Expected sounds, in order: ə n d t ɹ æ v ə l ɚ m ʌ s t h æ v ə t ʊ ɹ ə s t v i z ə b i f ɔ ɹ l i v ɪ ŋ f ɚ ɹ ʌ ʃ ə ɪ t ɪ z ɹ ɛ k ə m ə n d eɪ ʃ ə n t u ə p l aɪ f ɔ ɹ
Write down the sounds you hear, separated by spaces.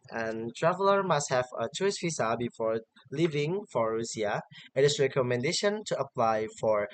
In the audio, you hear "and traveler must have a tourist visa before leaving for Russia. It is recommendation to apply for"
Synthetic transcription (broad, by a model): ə n t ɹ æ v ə l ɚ m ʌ s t h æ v ə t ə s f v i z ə b i f ɔ ɹ l i v ɪ ŋ f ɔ ɹ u s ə ɪ t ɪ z ɹ ɛ k ə m ə n d eɪ ʃ ə n t u ə p l aɪ f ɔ ɹ